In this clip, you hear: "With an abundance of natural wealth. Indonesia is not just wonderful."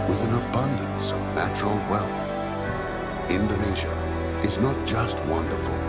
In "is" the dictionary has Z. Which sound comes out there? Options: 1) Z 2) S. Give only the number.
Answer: 1